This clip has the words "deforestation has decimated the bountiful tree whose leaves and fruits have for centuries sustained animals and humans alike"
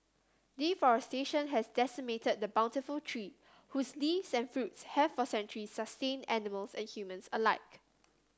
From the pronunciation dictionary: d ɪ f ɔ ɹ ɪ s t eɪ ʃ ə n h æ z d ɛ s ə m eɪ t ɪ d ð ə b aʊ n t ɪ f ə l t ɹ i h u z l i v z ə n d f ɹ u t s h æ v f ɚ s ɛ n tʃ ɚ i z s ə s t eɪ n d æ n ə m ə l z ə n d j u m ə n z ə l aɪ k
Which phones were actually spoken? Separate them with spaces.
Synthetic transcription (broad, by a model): d ɪ f ɔ ɹ ɪ s t eɪ ʃ ə n h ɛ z d ɛ s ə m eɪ t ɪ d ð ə b aʊ n t ɪ f ə l t ɹ i h u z l i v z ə n f ɹ u t s h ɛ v f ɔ s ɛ n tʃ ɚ i s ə s t eɪ n æ n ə m ə l s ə n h j u m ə n s ə l aɪ k